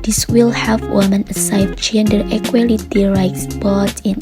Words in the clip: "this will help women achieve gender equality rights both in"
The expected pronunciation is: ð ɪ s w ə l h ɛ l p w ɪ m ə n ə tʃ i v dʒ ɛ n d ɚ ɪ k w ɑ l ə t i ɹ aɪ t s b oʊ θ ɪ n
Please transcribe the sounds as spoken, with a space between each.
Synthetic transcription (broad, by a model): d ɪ s w ə l h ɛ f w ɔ m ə n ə s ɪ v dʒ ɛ n d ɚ ɪ k w ɑ l ə t i ɹ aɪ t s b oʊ t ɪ n